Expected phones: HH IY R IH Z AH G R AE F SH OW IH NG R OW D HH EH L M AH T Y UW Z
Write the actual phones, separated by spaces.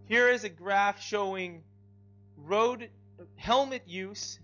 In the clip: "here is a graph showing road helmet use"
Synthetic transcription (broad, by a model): HH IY R IH Z AH G R AE F SH OW IH NG R OW D HH EH L M AH T Y UW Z